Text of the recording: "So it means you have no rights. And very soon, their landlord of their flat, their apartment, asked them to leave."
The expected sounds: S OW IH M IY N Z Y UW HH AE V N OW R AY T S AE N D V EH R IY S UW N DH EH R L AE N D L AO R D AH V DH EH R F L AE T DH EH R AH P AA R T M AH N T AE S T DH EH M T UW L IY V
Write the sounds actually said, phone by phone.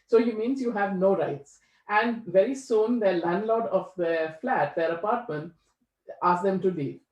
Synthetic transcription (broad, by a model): S OW IH M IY N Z Y UW HH AE V N OW R AY T S AE N D V EH R IY S UW N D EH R L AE N D L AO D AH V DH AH F L AE T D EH R AH P AA R T M AH N T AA S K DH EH M T UW L IY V